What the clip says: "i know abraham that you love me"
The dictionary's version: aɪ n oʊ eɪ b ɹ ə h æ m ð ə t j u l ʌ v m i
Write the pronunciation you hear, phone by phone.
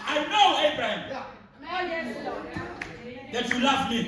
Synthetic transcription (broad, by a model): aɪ n oʊ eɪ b ɹ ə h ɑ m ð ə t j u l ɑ f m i